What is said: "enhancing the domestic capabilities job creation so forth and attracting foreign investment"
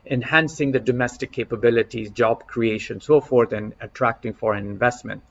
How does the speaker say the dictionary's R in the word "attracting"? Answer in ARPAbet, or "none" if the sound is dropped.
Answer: R